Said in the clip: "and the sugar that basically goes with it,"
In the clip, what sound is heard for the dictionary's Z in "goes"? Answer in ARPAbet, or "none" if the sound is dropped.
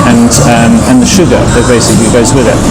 Z